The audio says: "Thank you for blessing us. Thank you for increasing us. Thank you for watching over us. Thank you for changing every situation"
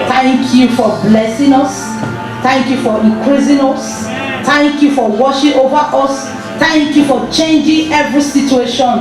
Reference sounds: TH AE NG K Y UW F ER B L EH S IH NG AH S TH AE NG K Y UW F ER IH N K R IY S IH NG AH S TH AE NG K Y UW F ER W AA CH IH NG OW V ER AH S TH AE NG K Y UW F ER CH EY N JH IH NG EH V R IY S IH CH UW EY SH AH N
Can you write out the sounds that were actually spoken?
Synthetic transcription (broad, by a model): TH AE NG K Y UW F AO B L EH S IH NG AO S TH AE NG K Y UW F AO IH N K R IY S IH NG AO S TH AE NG K Y UW F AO W AA SH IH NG OW V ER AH S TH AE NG K Y UW F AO CH EY N JH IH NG EH V R IY S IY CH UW EY SH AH N